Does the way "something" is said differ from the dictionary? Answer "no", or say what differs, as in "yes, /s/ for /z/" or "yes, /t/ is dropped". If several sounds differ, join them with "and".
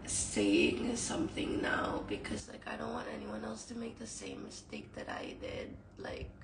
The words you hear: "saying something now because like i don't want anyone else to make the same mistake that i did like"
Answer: no